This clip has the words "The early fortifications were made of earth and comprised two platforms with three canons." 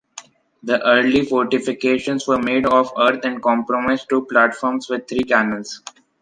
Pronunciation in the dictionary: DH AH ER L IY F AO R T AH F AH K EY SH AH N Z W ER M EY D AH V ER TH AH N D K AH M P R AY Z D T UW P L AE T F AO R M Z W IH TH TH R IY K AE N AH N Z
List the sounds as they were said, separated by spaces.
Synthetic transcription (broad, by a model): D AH ER L IY F AO R T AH F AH K EY SH AH N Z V ER M EY D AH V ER T AH N D K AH M P R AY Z T UW P L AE T F AO R M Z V IH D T R IY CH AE N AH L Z